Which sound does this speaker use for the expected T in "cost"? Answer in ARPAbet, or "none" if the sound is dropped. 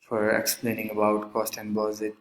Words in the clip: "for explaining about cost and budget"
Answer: T